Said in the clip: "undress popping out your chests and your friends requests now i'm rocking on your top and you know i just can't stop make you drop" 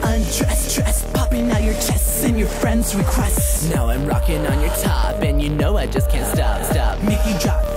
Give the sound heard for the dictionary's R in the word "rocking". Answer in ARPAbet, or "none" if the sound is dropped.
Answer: R